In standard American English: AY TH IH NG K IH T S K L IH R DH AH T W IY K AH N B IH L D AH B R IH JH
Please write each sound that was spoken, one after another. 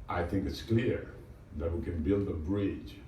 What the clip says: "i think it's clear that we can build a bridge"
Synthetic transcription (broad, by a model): AY TH IH NG K IH T S K L IH R DH AH T W IY K AH N B IH L D AH B R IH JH